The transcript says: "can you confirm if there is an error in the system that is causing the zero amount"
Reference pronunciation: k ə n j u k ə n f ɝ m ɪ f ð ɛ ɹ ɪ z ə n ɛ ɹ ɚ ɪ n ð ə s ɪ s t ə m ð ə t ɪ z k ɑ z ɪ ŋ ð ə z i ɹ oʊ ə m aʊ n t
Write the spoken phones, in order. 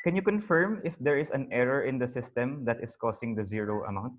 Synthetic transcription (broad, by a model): k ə n j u k ə n f ɝ m ɪ f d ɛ ɹ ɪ s ə n ɛ ɹ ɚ ɪ n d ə s ɪ s t ə m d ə t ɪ s k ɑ s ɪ ŋ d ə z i ɹ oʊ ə m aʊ n t